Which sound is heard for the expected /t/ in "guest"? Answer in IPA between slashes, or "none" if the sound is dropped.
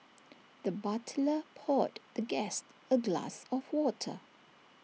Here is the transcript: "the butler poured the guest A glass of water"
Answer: /t/